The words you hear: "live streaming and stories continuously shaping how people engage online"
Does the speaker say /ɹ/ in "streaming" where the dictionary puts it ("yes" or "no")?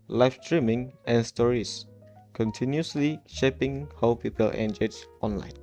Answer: yes